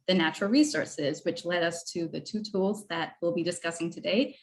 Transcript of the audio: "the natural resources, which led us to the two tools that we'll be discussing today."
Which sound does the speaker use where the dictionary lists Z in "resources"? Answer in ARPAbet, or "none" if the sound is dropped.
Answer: Z